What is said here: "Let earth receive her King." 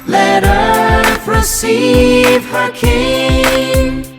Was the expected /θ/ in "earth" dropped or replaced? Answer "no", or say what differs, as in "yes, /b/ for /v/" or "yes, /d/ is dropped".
yes, /s/ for /θ/